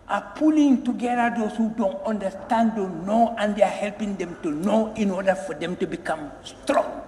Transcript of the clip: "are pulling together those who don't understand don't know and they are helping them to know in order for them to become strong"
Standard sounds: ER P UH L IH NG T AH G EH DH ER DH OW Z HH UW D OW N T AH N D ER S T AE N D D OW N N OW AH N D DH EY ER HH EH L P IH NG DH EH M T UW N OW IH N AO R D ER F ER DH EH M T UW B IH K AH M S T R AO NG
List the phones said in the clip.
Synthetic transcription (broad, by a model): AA P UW L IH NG T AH G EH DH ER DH OW S HH UW D OW N T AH N D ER S T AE N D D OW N N OW AH N D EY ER HH EH L P IH NG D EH M T UW N OW IH N AO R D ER F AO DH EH M T UW B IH K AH M S T R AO NG